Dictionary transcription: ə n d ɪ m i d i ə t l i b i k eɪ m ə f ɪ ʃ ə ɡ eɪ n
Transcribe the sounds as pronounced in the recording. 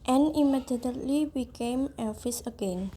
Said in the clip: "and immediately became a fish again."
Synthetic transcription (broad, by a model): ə n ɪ m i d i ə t l i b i k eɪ m ə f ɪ s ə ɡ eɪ n